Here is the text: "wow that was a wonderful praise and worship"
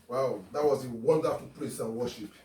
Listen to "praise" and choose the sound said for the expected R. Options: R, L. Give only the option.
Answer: L